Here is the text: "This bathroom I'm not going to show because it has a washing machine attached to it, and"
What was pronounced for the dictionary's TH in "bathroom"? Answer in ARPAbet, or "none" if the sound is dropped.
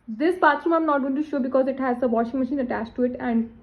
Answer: T